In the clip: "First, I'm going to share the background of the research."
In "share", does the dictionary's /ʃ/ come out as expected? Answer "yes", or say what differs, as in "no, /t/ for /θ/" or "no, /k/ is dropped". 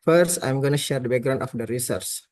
yes